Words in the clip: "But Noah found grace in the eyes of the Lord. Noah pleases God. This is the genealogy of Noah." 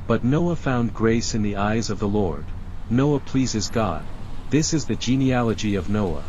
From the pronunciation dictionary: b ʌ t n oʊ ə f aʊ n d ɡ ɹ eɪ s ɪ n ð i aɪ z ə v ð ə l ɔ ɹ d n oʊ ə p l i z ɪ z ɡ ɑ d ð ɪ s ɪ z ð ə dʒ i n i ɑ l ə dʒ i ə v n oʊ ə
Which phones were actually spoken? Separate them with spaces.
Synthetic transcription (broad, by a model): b ʌ t n oʊ ə f aʊ n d ɡ ɹ eɪ s ɪ n ð i aɪ z ə v ð ə l ɔ ɹ d n oʊ ə p l i z ɪ z ɡ ɑ d ð ɪ s ɪ z ð ə dʒ i n i ɑ l ə dʒ i ə v n oʊ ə